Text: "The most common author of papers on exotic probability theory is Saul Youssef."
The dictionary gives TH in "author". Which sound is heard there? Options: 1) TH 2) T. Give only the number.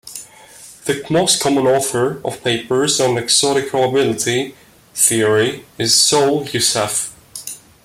1